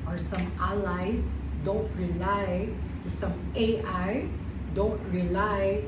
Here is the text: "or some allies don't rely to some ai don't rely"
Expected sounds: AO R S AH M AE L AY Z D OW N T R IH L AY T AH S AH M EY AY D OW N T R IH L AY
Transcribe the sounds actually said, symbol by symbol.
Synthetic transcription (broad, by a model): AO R S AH M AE L AY S D OW N T R IH L AY T AH S AH M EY AY D OW N T R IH L AY